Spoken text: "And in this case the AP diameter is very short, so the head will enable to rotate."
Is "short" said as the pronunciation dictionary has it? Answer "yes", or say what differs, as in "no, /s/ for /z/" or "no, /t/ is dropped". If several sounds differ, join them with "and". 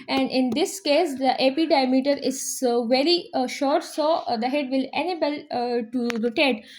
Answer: yes